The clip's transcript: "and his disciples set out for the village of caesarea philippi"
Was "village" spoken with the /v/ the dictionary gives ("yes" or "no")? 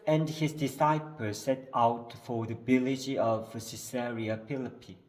no